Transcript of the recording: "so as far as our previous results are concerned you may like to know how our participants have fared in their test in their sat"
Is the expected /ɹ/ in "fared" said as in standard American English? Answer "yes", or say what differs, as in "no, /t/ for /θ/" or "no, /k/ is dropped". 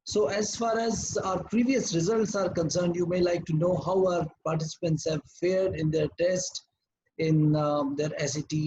yes